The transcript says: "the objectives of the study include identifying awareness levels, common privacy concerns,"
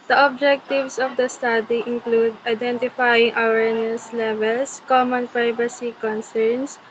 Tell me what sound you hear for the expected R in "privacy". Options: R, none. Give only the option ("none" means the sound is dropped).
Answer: R